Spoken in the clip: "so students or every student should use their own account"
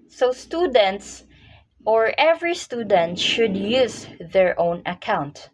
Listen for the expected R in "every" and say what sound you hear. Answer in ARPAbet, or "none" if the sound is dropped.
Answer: R